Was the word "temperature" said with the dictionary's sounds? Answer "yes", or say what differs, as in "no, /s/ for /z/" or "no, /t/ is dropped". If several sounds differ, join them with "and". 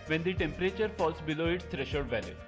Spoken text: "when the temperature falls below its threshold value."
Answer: yes